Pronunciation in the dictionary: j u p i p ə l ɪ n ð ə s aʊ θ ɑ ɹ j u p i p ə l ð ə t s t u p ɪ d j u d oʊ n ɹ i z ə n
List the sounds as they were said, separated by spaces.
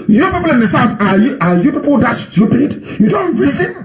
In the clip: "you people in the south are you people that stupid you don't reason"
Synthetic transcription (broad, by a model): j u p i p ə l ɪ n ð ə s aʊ f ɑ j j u p i p ə l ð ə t s t u p ɪ d j u d oʊ n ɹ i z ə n